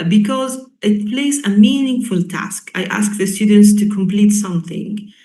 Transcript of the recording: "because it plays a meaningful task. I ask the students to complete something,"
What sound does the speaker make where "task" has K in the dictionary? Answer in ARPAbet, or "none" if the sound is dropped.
K